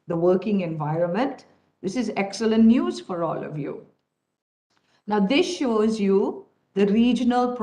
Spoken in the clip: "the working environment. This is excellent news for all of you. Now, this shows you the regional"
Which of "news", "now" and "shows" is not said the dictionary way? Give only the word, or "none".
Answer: none